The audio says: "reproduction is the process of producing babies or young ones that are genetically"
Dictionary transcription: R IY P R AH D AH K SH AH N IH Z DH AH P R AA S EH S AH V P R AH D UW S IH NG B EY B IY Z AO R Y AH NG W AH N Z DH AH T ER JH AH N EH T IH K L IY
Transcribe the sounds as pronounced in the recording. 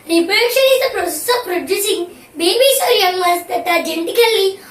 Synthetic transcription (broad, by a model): R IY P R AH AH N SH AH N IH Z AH P R AA S EH S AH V P R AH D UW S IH NG B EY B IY S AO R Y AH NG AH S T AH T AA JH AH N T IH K L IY